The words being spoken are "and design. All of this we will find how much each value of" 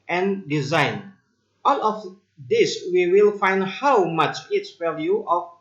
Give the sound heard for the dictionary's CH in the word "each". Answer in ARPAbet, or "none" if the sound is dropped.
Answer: S